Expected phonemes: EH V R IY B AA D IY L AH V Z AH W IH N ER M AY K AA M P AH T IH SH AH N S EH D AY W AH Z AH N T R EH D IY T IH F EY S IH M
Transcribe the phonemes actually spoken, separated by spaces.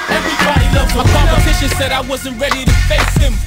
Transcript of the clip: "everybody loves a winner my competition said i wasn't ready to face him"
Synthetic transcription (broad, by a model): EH V R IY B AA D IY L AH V AH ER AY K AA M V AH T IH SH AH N S EH D AY W AH Z AH N T R EH D IY T IH F EY S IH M